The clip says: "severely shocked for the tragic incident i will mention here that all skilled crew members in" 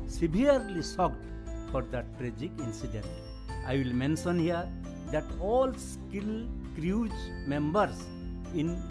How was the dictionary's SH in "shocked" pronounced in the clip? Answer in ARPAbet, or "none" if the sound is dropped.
S